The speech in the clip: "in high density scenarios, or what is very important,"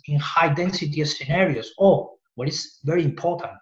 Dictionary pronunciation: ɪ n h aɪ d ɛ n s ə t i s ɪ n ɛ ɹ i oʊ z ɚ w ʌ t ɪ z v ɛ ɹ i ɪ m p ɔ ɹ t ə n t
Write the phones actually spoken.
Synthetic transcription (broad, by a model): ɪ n h aɪ d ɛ n s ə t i s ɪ n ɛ ɹ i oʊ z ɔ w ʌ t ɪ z v ɛ ɹ i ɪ m p ɔ ɹ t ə n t